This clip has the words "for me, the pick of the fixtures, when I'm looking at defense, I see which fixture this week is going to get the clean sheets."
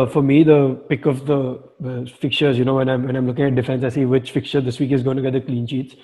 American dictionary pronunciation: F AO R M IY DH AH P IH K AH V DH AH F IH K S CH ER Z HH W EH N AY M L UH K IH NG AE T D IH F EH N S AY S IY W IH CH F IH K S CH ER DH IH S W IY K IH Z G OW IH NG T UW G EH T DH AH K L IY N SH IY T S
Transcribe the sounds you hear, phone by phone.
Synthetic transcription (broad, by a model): F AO R M IY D AH P IH K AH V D AH F IH K CH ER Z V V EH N AY M L UH K IH NG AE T D IH F EH N S AY S IY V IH CH F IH K CH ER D IH S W IY K IH Z G OW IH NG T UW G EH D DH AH K L IY N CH IY T S